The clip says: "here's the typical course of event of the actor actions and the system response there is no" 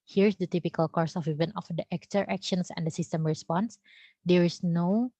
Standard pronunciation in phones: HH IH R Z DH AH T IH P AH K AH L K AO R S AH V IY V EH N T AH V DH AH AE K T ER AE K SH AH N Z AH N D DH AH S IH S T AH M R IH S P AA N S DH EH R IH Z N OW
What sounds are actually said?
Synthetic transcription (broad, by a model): HH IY R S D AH T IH P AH K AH L K AO R S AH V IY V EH N AH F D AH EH K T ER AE K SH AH N S AH N D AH S IH S T AH M R IH S P AA N S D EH R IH S N OW